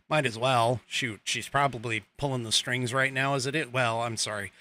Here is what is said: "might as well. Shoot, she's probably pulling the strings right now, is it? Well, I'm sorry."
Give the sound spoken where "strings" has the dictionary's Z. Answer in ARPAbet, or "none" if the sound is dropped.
Z